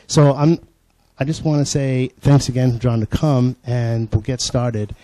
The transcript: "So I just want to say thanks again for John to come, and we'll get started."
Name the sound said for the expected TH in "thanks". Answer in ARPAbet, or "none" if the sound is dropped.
TH